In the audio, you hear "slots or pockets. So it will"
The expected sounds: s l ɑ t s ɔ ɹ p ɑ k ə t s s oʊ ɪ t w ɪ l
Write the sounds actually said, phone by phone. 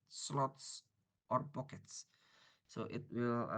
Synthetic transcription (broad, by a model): s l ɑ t s ɔ ɹ b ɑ k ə t s s oʊ ɪ t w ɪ l